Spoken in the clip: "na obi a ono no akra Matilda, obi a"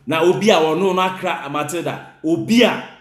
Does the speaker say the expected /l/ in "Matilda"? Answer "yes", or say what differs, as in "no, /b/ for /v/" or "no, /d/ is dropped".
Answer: no, /l/ is dropped